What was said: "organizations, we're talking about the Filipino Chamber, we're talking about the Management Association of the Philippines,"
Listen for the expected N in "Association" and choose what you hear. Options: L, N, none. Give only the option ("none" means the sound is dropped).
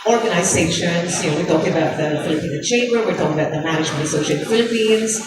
none